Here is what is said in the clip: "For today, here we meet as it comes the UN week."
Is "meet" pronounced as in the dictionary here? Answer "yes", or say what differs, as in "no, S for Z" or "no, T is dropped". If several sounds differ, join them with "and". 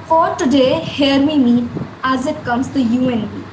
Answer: no, T is dropped